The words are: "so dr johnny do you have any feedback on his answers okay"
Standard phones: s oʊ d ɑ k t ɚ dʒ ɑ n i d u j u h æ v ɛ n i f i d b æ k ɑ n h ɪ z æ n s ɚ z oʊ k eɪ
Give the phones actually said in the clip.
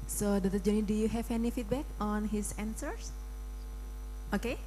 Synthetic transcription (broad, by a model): s oʊ d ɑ t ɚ dʒ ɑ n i d u j u h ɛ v ɛ n i f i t b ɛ k ɑ n h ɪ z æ n s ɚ s oʊ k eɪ